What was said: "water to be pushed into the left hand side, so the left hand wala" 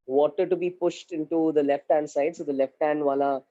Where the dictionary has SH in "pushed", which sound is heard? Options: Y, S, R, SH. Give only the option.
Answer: SH